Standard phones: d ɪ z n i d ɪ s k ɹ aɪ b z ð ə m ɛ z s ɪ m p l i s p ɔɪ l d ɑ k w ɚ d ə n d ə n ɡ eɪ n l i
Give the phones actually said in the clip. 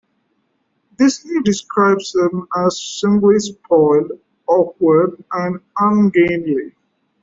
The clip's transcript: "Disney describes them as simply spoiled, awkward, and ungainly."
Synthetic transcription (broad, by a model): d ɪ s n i d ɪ s k ɹ aɪ b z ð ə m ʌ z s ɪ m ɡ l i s p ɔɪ l ɑ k w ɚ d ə n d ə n ɡ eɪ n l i